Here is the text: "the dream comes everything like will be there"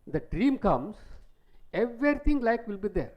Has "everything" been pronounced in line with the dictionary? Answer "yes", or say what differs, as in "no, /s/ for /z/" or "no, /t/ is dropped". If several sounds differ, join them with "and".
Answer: no, /t/ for /θ/